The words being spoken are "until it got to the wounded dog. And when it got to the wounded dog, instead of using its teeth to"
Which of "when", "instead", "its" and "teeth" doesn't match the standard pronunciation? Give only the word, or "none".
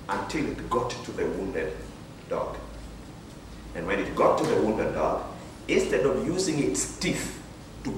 teeth